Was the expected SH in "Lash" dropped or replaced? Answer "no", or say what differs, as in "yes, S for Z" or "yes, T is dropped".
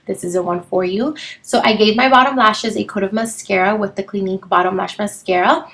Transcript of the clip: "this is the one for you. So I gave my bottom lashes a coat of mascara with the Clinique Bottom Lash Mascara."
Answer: no